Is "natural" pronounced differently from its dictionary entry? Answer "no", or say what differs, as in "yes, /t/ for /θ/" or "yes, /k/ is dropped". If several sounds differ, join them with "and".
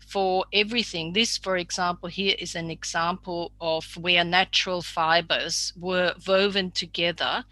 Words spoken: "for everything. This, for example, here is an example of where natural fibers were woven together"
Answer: no